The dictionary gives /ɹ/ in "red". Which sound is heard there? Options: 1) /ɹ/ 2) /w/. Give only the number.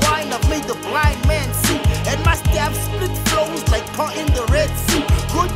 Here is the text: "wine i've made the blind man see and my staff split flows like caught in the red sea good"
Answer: 1